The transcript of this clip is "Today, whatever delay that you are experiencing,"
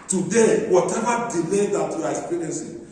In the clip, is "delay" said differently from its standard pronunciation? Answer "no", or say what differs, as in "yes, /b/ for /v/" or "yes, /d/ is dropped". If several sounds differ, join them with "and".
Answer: no